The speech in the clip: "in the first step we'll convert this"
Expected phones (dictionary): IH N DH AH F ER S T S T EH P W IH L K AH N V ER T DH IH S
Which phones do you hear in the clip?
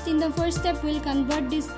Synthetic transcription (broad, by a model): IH N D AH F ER T S T EH P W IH L K AH N V ER T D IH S